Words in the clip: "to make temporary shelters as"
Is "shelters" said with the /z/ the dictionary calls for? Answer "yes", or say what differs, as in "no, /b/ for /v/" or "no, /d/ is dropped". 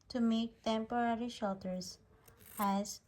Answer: no, /s/ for /z/